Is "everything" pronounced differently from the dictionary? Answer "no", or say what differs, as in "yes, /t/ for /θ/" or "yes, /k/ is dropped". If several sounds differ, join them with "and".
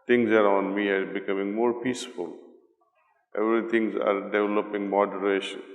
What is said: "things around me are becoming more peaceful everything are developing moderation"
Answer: yes, /t/ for /θ/